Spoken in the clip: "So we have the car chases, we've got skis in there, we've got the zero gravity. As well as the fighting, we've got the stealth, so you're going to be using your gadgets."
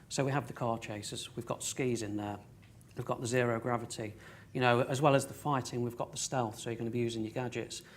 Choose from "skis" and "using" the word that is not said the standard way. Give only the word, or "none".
none